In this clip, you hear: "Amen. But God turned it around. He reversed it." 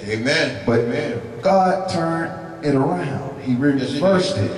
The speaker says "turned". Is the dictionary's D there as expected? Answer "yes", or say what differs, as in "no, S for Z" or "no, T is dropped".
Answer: no, D is dropped